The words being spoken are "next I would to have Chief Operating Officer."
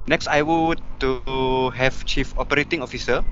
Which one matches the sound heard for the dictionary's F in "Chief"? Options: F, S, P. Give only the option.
F